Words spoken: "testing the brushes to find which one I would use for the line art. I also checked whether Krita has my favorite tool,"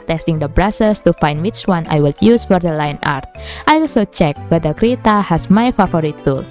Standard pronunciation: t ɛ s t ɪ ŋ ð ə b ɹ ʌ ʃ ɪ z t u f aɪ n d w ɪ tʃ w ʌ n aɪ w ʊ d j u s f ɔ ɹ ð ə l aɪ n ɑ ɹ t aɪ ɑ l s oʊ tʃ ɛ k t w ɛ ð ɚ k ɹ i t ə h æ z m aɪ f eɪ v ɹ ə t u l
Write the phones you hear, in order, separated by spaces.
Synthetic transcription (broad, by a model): t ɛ s t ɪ ŋ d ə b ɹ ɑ s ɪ s t u f aɪ n d w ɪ tʃ w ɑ n aɪ w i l j u s f ɔ ɹ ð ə l aɪ n ɑ ɹ t aɪ ɑ l s oʊ tʃ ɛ k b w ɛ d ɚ k ɹ i t ə h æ s m aɪ f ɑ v ɹ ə t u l